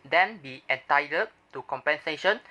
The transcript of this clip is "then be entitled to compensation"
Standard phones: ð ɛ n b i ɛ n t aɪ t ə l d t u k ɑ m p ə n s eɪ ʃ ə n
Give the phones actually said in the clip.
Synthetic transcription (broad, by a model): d ɛ n b i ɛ n t aɪ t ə d t u k ɑ m p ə n s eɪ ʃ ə n